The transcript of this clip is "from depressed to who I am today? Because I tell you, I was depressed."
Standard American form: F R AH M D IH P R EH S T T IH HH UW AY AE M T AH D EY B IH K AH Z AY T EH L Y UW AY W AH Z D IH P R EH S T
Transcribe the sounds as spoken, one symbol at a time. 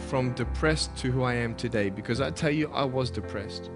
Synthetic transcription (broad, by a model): F R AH M D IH P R EH S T T IH HH UW AY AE M T AH D EY B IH K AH Z AY T EH L Y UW AY W AH Z D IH P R EH S T